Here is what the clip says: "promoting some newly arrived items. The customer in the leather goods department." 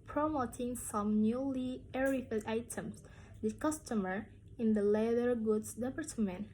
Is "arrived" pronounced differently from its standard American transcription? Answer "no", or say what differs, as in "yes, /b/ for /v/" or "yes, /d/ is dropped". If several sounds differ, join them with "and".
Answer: yes, /f/ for /v/